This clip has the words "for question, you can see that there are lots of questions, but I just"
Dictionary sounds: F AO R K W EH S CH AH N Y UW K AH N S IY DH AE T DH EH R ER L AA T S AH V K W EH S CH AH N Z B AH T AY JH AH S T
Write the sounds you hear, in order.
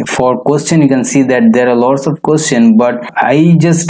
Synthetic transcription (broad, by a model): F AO R K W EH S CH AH N Y UW K AH N S IY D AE T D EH R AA L AA T S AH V K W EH S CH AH N B AH T AY JH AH S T